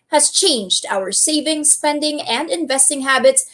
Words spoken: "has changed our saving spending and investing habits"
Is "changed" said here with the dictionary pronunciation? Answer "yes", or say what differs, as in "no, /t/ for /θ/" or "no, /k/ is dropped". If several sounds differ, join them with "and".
yes